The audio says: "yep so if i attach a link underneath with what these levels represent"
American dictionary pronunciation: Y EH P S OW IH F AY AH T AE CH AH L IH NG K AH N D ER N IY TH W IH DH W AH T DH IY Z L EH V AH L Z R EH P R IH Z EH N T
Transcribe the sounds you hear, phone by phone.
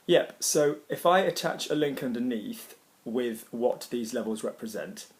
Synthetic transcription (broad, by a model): Y EH P S OW IH F AY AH T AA CH AH L IH NG K AH N D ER N IY TH W IH DH W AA T DH IY Z L EH V AH L Z R EH P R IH Z EH N T